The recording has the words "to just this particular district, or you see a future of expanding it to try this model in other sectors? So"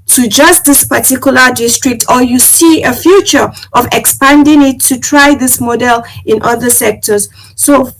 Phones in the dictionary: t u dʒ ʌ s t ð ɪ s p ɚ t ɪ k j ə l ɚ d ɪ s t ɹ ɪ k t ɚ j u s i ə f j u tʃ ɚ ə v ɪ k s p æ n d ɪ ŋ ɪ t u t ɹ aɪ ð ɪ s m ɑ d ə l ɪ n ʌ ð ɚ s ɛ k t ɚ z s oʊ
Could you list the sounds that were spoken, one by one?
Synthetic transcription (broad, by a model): t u dʒ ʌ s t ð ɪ s p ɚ t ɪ k j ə l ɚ d ɪ s t ɹ ɪ k t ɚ j u s i ə f j u tʃ ɚ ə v ɪ k s p æ n d ɪ ŋ ɪ t u t ɹ aɪ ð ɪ s m ɑ d ə l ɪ n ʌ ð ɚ s ɛ k t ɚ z s oʊ